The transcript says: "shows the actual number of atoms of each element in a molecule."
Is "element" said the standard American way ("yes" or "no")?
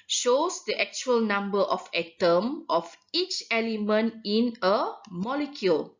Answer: yes